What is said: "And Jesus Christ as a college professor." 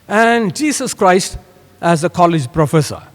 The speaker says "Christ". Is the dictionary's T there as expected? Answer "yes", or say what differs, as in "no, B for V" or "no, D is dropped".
yes